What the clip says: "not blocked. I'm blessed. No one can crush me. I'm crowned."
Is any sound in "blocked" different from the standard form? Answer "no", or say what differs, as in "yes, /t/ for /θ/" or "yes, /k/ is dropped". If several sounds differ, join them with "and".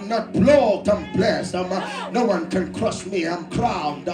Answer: yes, /k/ is dropped